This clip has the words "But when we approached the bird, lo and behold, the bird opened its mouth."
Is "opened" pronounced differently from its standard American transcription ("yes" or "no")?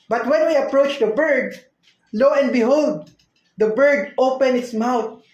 yes